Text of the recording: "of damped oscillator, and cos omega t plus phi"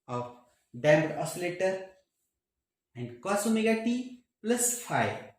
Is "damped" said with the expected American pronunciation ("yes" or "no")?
no